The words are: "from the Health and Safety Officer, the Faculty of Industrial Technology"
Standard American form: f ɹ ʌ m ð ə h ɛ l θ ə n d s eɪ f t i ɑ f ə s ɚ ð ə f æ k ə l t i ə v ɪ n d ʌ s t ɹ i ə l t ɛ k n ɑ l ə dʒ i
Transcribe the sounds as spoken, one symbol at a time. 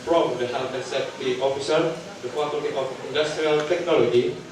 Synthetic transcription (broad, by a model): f ɹ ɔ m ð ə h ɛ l t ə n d s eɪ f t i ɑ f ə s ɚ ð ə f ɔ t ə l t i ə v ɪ n d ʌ s t ɹ i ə l t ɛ k n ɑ l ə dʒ i